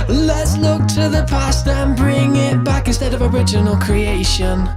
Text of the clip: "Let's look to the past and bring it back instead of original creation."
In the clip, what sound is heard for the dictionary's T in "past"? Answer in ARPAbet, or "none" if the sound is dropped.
T